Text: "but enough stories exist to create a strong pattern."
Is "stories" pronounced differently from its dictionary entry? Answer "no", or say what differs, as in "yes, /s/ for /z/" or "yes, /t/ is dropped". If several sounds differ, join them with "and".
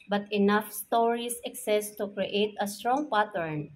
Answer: yes, /s/ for /z/